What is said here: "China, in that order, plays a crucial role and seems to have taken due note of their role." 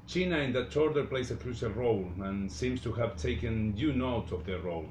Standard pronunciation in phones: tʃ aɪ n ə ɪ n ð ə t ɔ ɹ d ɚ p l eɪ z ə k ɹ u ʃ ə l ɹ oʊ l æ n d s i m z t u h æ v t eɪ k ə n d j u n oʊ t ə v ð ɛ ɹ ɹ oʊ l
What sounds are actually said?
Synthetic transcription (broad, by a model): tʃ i n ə ɪ n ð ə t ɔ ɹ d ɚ p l eɪ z ə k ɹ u s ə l ɹ oʊ l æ n s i m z t u h æ v t eɪ k ə n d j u n oʊ t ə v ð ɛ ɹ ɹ oʊ l